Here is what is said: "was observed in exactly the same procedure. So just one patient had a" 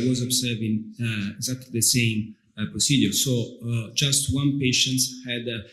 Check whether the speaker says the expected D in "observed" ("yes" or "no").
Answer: no